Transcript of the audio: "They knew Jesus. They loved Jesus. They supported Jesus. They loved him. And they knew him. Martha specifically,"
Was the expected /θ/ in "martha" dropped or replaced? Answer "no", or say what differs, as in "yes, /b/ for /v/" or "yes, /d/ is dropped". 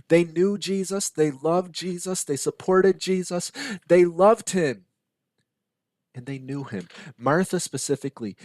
no